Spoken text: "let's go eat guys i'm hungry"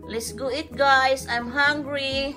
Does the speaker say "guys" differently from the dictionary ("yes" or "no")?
yes